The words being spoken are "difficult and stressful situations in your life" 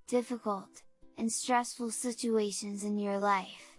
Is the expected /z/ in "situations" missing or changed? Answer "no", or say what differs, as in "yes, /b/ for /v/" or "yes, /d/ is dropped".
no